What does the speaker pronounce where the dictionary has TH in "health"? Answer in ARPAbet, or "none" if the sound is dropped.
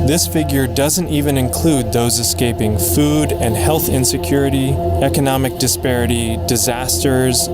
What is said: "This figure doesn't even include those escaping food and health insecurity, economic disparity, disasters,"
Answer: TH